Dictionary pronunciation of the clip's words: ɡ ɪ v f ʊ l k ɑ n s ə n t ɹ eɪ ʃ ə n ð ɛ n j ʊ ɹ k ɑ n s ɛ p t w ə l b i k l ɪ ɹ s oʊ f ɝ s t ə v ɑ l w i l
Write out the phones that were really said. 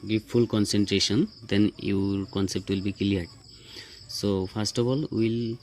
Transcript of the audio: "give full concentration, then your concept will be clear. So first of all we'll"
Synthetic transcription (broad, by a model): ɡ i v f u l k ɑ n s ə n t ɹ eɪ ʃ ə n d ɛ n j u ɹ k ɑ n s ɛ p t w ə l b i k l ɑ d s oʊ p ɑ s t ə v ɑ l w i l